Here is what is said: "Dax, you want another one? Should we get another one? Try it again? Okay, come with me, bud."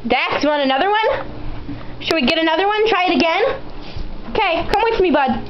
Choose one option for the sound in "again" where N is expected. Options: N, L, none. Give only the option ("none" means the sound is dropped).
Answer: N